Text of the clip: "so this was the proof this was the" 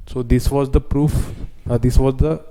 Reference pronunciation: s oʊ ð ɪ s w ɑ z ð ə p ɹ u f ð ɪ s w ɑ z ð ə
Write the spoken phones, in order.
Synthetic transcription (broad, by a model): s oʊ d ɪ s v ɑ z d ə p ɹ u f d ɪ s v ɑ z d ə